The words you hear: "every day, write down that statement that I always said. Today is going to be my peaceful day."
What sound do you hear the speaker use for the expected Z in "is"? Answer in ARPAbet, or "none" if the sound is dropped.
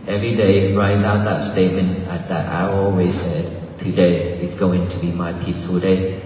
S